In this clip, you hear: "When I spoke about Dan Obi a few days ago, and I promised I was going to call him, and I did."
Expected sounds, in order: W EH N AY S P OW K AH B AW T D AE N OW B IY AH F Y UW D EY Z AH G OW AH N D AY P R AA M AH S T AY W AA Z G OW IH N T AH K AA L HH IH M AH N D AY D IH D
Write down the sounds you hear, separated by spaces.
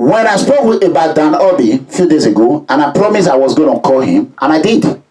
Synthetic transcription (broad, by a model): W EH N AY S P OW K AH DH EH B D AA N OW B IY F Y UW D EY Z AH G OW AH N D AY P R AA M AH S AY W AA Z G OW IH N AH K AA L HH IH M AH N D AY D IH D